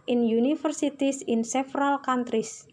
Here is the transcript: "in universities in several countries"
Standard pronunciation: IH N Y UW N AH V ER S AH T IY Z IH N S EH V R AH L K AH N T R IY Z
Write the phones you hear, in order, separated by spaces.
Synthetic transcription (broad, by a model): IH N Y UW N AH F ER S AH T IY S IH N S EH F R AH L K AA N T R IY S